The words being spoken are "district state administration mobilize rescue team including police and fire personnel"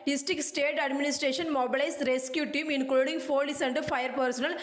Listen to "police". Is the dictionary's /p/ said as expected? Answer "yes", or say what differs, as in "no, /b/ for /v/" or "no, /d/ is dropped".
no, /f/ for /p/